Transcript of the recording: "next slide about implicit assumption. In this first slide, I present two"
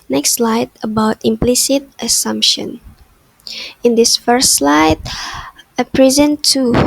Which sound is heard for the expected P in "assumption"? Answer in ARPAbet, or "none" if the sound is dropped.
P